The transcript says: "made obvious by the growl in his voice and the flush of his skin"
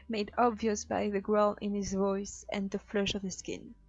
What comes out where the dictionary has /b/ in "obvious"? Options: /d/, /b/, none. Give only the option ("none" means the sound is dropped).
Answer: /b/